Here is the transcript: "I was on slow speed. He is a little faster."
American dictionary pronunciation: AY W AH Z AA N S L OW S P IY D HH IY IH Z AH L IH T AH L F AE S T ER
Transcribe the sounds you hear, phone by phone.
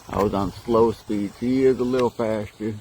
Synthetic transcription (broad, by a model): AY W AH Z N S L OW S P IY D HH IY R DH AH L IH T L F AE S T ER